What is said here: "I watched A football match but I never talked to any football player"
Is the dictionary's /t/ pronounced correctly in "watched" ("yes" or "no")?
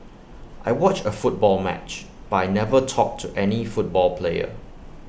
no